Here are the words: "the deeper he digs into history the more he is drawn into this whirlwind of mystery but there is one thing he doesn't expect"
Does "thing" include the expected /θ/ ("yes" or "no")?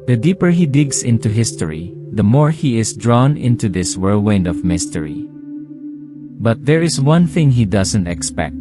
yes